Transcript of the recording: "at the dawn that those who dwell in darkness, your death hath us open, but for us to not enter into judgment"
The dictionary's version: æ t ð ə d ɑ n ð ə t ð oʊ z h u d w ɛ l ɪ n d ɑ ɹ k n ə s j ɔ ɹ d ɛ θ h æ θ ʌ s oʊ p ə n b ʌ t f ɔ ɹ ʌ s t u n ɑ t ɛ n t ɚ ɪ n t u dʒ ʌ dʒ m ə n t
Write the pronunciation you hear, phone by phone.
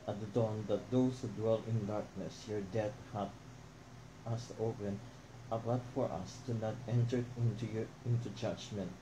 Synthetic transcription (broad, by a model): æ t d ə d ɑ n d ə t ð oʊ s h u d w ɛ l ɪ n d ɑ ɹ k n ə s j ɔ ɹ d ɛ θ h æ t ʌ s oʊ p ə n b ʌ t f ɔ ɹ ʌ s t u n ɑ t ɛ n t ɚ ɪ n t u dʒ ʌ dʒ m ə n t